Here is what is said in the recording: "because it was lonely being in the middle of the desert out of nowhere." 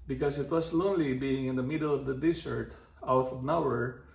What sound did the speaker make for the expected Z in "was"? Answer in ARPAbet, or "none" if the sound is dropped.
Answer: S